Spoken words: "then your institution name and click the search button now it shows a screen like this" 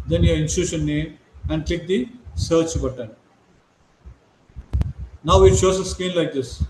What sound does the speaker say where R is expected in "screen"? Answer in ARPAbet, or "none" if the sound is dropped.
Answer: none